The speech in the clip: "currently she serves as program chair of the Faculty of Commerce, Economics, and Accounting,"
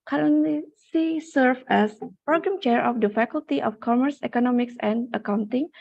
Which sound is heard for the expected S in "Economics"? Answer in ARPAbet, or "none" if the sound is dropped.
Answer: S